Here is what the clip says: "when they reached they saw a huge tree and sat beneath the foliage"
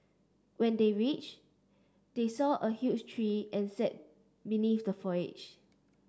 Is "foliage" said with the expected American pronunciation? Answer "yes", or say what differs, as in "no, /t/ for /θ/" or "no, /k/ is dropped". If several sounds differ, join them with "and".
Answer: no, /l/ is dropped